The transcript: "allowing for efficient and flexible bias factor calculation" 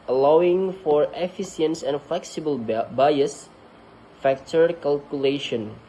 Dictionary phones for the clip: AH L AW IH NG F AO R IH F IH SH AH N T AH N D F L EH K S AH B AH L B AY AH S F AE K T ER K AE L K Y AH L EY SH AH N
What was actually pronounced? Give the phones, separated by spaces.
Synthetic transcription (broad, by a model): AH L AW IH NG F AO R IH F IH S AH N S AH N F L EH K S AH B AH L B AY AH S F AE K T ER K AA L K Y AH L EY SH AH N